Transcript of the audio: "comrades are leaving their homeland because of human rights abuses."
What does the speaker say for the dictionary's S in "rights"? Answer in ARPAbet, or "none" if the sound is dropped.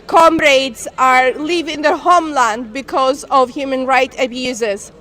none